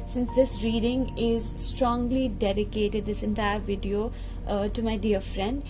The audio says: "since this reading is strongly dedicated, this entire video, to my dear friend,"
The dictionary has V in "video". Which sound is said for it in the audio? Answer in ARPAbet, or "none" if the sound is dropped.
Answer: V